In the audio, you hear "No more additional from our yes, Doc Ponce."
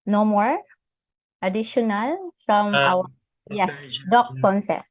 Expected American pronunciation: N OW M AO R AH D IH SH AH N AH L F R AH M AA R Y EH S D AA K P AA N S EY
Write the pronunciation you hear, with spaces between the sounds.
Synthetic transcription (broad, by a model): N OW M AO R AH D IH SH AH N AH L F R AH M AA W Y EH S D AA K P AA N S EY